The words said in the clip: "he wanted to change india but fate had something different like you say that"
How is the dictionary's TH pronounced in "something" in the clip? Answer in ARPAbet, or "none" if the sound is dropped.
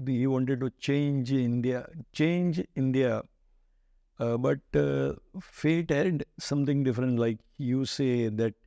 T